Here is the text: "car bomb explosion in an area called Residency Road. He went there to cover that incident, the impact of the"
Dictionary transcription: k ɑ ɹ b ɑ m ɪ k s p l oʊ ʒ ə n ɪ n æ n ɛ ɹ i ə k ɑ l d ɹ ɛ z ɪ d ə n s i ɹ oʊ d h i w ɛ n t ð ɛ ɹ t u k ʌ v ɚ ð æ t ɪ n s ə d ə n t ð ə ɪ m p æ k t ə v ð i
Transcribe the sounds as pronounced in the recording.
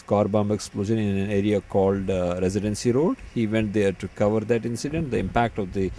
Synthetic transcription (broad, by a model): k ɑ ɹ b ɑ m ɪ k s p l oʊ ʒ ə n ɪ n æ n ɛ ɹ i ə k ɑ l d ɹ ɛ z ɪ d ə n s i ɹ oʊ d h i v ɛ n t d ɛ ɹ t u k ʌ v ɚ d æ t ɪ n s ə d ə n t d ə ɪ m p æ k t ə v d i